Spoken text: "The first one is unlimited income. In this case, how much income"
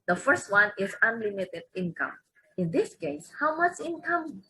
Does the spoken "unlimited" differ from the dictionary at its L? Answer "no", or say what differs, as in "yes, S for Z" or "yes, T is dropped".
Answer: no